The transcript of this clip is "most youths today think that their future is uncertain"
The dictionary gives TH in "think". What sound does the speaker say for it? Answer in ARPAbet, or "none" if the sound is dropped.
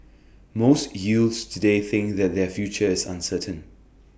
TH